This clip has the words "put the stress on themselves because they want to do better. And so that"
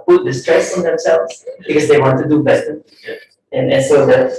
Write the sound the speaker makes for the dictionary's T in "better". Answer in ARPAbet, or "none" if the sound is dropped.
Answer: S